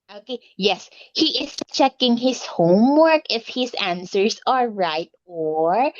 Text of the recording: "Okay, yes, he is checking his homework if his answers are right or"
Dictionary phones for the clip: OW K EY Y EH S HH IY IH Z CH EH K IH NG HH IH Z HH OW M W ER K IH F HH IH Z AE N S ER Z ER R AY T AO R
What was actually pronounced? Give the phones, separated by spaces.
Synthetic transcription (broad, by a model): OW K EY Y EH S HH IY IH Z CH EH K IH NG HH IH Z HH OW M W ER K IH F HH IH Z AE N S ER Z ER R AY T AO R